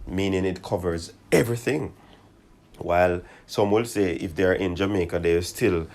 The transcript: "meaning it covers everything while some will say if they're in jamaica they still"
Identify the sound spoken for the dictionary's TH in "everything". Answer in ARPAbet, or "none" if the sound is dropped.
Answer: TH